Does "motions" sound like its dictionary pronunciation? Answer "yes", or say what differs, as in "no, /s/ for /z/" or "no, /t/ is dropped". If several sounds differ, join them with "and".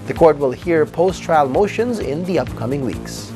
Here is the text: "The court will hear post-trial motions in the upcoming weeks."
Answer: yes